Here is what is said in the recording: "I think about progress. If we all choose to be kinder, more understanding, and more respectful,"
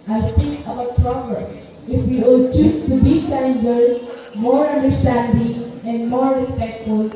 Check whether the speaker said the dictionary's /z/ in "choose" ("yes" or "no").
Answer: no